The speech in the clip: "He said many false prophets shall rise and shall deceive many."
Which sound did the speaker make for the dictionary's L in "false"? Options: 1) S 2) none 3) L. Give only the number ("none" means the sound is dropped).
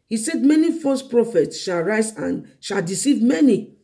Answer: 2